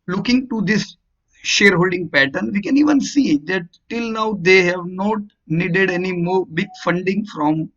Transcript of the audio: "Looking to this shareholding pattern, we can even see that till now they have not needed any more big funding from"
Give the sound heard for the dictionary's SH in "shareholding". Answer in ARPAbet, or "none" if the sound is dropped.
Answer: SH